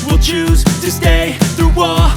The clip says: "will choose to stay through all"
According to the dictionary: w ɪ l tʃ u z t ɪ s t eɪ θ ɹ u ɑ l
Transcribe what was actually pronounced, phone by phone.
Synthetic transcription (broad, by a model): w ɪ l tʃ u z t ɪ s t eɪ θ ɹ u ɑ